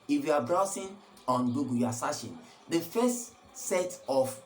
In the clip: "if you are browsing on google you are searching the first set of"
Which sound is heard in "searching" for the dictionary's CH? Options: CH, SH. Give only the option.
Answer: SH